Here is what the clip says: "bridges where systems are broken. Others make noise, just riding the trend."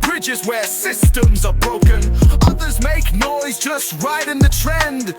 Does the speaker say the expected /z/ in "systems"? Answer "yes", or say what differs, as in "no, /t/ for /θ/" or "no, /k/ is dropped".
yes